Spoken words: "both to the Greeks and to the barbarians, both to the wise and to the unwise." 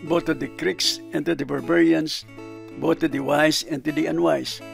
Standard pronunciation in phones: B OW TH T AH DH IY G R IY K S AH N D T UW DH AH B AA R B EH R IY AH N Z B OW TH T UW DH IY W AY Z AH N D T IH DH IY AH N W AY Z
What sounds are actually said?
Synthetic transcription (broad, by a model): B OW T AH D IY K R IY K S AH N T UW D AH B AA R B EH R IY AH N S B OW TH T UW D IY W AY S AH N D T IH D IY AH N W AY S